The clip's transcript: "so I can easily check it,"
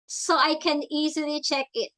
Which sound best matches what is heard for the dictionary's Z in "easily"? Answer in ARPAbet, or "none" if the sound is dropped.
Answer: Z